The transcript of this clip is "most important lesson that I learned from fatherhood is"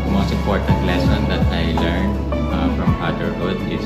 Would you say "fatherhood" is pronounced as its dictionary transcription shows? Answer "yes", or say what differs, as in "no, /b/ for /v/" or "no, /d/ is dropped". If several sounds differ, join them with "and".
no, /p/ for /f/